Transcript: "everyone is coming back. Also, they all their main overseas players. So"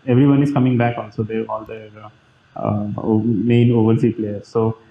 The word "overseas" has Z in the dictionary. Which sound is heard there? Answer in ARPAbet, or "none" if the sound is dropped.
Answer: none